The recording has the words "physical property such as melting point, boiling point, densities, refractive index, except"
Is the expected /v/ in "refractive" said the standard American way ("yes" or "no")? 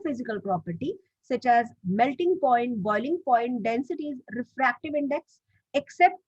yes